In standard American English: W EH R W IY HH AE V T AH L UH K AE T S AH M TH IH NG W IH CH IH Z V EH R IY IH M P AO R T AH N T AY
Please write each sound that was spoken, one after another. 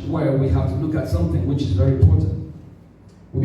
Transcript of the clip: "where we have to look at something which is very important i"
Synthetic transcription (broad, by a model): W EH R W IY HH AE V T AH L UH K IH T S AH M TH IH NG W IH CH IH Z V EH R IY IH M P AO R T N T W